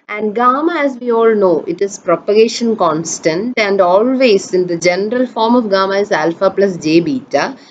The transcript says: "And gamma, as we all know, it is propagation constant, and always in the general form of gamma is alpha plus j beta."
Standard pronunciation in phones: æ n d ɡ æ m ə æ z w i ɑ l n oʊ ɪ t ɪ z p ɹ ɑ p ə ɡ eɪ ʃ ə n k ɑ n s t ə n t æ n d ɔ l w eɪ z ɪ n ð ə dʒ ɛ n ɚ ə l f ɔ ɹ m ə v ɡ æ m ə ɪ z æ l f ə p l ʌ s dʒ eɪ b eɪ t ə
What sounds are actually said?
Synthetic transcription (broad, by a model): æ n d ɡ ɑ m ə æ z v i ɑ l n oʊ ɪ t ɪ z p ɹ ɑ p ə ɡ eɪ ʃ ə n k ɑ n s t ə n t æ n d ɔ l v eɪ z ɪ n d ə dʒ ɛ n ɚ ə l f ɔ ɹ m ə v ɡ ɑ m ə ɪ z æ l f ə p l ʌ s dʒ eɪ b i t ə